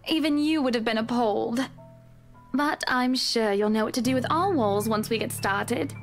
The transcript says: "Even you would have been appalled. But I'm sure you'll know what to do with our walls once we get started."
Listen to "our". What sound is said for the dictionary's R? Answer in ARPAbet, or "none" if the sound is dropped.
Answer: L